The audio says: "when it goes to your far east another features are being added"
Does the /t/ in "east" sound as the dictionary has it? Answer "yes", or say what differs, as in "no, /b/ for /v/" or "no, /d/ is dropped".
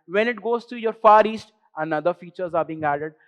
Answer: yes